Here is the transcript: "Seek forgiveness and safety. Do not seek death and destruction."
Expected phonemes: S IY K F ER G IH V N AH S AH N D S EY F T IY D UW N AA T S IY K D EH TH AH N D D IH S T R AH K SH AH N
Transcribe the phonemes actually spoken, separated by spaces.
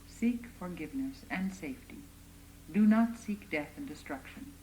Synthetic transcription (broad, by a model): S IY K F ER G IH V N AH S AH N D S EY F T IY D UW N AA T S IY K D EH TH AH N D D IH S T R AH K SH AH N